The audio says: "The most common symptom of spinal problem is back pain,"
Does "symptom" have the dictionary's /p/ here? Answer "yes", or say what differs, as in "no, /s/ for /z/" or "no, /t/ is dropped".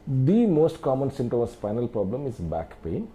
no, /p/ is dropped